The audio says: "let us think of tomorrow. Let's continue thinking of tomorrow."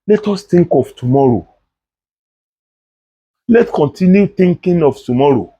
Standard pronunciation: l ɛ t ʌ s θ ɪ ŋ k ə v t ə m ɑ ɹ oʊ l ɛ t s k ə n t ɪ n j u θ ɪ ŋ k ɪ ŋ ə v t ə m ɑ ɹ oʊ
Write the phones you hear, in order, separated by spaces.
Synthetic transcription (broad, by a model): l ɛ t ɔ s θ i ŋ k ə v t ə m ɑ ɹ oʊ l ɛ t k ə n t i n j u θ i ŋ k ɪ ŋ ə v t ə m ɑ ɹ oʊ